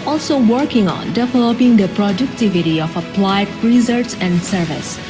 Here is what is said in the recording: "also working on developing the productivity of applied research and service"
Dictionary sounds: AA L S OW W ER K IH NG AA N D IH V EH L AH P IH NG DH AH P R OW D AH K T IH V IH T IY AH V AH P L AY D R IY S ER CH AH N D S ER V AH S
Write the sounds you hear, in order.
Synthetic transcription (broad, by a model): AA L S OW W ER K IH NG AA N D IH V EH L AH P IH NG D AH P R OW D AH K T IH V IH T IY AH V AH P L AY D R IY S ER S AH N D S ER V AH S